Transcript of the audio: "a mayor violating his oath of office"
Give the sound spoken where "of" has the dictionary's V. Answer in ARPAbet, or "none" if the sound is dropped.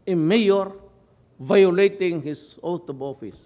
B